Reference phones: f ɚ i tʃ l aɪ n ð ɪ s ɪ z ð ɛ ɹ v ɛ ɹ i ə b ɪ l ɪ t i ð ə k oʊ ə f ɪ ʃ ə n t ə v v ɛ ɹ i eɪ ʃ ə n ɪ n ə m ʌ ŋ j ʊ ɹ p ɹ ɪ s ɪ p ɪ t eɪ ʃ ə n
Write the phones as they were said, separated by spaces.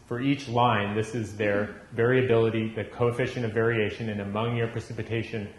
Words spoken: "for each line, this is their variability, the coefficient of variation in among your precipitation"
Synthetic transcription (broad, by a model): f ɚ i tʃ l aɪ n ð ɪ s ɪ z ð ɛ ɹ v ɛ ɹ i ə b ɪ l ɪ t i ð ə k oʊ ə f ɪ ʃ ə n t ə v v ɛ ɹ i eɪ ʃ ə n ɪ n ə m ʌ ŋ j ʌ ɹ p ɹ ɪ s ɪ p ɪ t eɪ ʃ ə n